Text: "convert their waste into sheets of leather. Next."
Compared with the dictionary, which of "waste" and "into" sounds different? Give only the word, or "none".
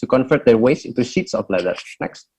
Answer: waste